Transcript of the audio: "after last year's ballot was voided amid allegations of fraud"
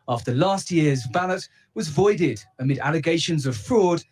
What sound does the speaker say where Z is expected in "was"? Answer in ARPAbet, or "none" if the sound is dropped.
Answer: Z